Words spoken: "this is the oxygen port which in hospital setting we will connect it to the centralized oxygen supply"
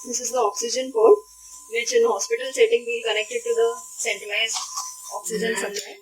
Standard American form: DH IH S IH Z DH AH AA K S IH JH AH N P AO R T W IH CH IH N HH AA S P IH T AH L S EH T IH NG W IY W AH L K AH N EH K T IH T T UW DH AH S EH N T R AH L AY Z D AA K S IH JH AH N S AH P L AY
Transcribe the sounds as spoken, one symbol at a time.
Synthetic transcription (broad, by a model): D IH S IH Z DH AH AA K S IH JH AH N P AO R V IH CH IH N HH AA S P IH T AH L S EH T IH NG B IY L K AH N EH K T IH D T UW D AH S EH N T AH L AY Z AA K S IH JH AH N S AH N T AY